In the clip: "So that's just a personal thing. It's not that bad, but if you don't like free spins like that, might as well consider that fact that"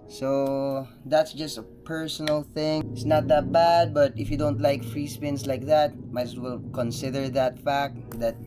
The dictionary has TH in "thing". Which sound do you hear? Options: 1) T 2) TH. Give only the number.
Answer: 2